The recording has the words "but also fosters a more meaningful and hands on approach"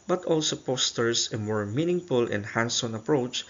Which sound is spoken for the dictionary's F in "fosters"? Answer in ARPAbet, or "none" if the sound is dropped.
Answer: P